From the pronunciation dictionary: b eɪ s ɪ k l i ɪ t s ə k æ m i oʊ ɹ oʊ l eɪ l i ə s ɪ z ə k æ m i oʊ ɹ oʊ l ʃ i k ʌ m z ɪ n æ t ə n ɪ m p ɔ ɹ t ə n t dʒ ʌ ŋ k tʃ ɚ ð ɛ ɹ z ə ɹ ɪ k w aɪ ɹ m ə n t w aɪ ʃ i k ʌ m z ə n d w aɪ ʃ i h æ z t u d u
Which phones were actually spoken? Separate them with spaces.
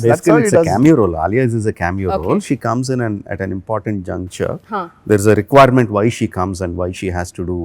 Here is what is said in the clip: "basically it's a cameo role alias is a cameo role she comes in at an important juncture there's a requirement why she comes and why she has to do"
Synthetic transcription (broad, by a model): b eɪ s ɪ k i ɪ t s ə k æ m i oʊ ɹ oʊ l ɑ l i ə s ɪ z ə k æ m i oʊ ɹ oʊ l ʃ i k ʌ m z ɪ n æ t ə n ɪ m p ɔ ɹ t ə n t dʒ ʌ ŋ k tʃ ɚ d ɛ ɹ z ə ɹ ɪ k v aɪ ɹ m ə n t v aɪ ʃ i k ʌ m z ə n d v aɪ ʃ i h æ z t u d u